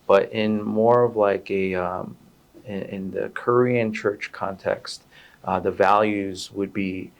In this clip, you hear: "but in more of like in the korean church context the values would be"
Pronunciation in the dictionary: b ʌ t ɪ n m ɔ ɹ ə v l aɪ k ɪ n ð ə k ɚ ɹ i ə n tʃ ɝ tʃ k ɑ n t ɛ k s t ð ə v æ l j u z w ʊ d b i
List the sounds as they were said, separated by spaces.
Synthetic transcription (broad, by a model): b ʌ t ɪ n m ɔ ɹ ə v l aɪ k ɪ n ð ə k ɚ ɹ i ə n tʃ ɝ tʃ k ɑ n t ɛ k s t ð ə v æ l j u z w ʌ d b i